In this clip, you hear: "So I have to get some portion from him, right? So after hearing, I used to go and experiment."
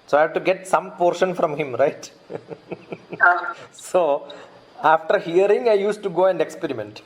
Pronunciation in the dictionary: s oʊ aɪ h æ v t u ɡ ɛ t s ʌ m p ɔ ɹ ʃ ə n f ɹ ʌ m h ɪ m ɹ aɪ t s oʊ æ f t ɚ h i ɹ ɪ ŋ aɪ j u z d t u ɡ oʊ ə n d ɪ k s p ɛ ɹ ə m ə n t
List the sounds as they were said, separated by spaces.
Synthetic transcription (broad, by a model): s oʊ aɪ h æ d t u ɡ ɛ t s ʌ m p ɔ ɹ ʃ ə n f ɹ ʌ m h ɪ m ɹ aɪ t s oʊ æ f t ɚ h i ɹ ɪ ŋ aɪ j u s t u ɡ oʊ ə n d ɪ k s p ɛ ɹ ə m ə n t